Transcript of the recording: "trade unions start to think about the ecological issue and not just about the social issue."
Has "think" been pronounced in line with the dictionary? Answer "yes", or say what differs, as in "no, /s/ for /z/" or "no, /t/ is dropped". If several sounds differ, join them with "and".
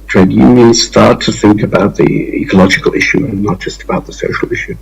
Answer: yes